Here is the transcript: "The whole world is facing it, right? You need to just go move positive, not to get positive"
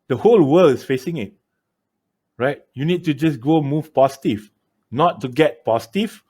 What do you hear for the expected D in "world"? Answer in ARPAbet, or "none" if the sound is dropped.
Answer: none